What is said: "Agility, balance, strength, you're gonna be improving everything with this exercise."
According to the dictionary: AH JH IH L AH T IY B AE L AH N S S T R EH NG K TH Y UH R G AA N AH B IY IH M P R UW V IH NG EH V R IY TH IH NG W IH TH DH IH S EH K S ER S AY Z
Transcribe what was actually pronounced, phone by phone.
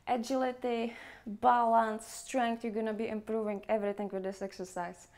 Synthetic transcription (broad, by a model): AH JH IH L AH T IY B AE L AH N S S T R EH NG K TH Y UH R G AA N AH B IY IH M P R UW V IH NG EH V R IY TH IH NG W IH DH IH S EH K S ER S AY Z